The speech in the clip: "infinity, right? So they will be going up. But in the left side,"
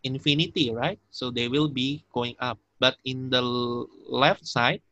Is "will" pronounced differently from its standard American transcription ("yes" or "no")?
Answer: no